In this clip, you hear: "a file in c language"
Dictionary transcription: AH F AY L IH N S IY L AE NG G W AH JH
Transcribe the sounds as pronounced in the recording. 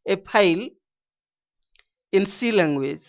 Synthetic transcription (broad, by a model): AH P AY L IH N S IY L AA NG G W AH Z